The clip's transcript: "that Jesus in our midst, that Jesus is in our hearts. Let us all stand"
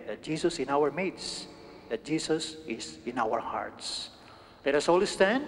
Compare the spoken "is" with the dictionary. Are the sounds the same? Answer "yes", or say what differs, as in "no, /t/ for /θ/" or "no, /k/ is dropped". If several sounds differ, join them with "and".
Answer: no, /s/ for /z/